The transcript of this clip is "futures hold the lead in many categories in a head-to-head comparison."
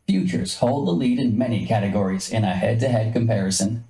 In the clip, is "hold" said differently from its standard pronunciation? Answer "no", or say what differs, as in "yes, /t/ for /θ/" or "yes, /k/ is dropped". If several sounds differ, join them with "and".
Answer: no